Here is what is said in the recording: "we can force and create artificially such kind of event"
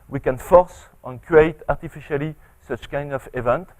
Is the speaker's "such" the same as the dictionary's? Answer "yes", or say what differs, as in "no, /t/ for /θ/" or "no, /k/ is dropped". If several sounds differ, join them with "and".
yes